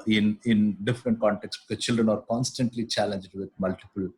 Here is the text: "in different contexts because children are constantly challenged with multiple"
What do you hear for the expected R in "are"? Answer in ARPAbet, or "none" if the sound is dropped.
R